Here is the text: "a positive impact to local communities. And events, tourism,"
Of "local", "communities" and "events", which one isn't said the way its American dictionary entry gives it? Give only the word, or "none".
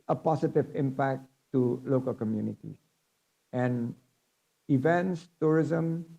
communities